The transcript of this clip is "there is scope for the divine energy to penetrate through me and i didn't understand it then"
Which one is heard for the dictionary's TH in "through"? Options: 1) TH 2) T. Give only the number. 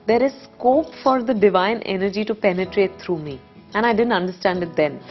2